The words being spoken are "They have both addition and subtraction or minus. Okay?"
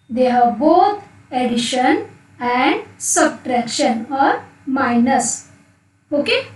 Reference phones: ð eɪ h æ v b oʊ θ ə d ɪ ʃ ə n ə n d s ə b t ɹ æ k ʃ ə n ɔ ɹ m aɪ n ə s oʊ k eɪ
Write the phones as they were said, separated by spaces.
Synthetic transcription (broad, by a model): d eɪ h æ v b oʊ t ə d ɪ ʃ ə n ə n d s ə b t ɹ æ k ʃ ə n ɔ ɹ m aɪ n ə s oʊ k eɪ